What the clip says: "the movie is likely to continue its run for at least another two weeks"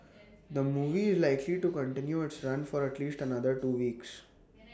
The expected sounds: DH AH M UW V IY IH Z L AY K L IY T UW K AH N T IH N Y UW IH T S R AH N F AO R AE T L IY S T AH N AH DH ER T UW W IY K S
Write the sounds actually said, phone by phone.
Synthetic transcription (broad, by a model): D AH M UW V IY IH Z L AY K L IY T UW K AH N T IH N Y UW IH T S R AH N F AO R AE T L IY S T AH N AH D ER T UW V IY K S